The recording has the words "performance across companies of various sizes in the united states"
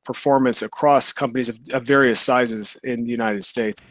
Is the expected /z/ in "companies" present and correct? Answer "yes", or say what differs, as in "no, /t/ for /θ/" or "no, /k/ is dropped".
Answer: yes